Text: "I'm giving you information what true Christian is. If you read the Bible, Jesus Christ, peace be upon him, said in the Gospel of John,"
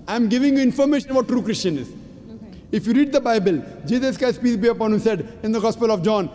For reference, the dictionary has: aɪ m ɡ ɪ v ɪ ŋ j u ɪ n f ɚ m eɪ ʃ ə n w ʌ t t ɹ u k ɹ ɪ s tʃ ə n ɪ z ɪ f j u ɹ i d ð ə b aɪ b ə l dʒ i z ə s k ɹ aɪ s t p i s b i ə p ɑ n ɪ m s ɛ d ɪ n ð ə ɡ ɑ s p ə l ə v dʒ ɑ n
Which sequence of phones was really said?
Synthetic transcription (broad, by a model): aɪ m ɡ ɪ v ɪ ŋ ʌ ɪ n f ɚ m eɪ ʃ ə n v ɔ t t ɹ u k ɹ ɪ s tʃ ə n ɪ z ɪ f j u ɹ i d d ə b aɪ b ə l dʒ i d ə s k aɪ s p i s b i ə p ɑ n ɪ m s ɛ d ɪ n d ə ɡ ɑ s p ə l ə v dʒ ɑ n